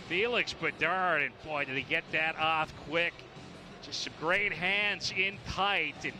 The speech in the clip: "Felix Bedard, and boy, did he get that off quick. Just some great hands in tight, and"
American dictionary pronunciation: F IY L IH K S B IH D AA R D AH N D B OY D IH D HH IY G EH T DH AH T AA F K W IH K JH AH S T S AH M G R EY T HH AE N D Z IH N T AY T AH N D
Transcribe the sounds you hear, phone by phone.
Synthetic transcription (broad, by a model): F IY L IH K S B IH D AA R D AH N B OY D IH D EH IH G EH T DH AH T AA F K W IH K JH AH S T S AH M G R EY T HH AE N D Z IH N T AY T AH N